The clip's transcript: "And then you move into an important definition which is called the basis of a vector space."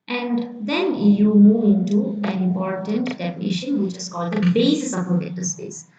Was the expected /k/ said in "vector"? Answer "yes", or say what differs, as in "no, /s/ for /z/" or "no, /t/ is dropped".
no, /k/ is dropped